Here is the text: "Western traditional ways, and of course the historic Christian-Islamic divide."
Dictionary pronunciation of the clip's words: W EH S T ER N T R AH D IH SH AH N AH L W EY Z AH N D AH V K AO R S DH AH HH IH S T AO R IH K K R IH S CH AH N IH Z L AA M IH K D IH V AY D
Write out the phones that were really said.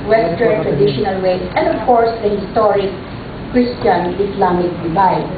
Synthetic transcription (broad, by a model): W EH S T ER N T R AH D IH SH AH N AH L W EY S AH N D AH V K AO R S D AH HH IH S T AO R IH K K R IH S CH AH N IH S L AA M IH K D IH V AY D